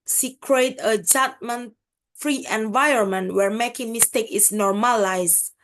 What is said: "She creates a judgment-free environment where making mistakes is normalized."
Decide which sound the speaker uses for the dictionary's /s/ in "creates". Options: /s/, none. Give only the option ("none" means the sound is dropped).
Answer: none